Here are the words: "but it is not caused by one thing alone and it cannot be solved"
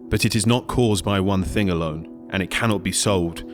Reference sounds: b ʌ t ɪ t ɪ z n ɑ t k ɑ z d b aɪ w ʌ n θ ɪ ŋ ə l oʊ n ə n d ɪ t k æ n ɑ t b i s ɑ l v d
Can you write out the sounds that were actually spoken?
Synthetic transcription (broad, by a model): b ʌ t ɪ t ɪ z n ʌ t k ɑ z b aɪ w ʌ n θ ɪ ŋ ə l oʊ n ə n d ɪ t k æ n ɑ t b i s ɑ l v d